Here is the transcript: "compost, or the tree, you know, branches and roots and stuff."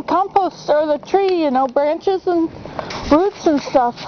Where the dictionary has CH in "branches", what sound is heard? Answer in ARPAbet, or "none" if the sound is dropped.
CH